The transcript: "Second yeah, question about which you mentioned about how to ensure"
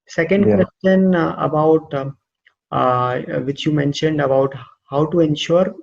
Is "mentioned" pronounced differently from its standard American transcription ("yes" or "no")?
no